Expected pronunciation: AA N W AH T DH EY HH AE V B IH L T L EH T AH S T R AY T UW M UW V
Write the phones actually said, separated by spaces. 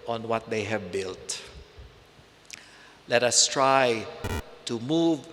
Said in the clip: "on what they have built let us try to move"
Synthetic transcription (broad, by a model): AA N W AH T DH EY HH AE V B IH L T L EH T AH S T R AY T UW M UW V